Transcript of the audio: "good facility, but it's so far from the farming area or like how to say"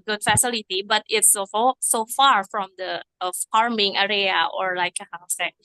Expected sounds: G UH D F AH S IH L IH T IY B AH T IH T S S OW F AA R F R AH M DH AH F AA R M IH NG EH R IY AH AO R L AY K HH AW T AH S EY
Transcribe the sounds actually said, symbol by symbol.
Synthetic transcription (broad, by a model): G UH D F AH S IH L IH T IY B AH T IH T S S OW F AA R F R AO M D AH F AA R M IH NG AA R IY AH AO R L AY K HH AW S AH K